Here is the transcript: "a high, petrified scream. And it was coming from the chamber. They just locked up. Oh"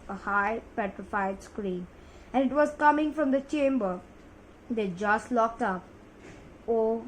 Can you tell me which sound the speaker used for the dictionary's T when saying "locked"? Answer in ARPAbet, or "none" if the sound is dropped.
T